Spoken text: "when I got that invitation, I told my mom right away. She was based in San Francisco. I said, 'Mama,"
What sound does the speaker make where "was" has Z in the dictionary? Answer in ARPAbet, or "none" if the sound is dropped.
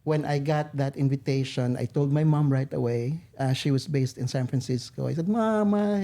S